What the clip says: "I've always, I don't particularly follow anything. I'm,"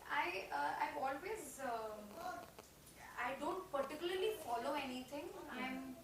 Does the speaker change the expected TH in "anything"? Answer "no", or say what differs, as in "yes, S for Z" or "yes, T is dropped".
yes, T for TH